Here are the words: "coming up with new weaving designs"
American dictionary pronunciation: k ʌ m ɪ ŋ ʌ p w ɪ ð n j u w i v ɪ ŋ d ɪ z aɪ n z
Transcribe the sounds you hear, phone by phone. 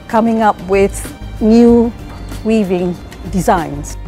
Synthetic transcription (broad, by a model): k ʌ m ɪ ŋ ʌ p w ɪ ð n j u w i v ɪ ŋ d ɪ z aɪ n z